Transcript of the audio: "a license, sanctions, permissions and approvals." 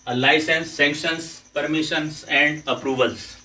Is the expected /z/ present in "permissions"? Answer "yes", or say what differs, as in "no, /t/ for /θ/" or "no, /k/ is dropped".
no, /s/ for /z/